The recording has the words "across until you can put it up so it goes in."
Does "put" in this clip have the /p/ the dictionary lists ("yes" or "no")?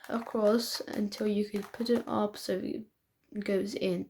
yes